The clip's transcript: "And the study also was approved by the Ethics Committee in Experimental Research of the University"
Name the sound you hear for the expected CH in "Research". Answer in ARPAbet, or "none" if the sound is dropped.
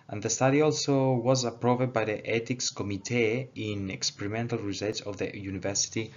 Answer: S